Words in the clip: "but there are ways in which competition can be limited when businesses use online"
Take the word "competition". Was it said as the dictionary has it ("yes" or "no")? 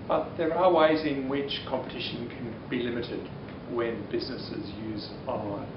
yes